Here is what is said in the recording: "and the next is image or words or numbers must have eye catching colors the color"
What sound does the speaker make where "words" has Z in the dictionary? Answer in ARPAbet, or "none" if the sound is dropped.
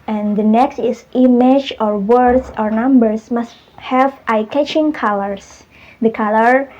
S